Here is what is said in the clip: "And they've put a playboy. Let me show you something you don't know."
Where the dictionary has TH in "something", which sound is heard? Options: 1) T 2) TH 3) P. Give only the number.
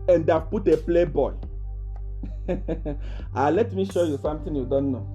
1